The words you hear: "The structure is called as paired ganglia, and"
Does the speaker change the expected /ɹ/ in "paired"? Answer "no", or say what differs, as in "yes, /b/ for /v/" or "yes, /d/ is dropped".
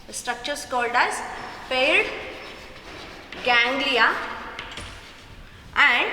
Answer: yes, /l/ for /ɹ/